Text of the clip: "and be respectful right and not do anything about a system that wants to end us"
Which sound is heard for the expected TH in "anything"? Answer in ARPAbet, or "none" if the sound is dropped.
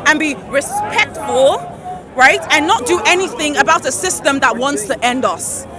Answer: TH